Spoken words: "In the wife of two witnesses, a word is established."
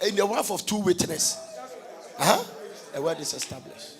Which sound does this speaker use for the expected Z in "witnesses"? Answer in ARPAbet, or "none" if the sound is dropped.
none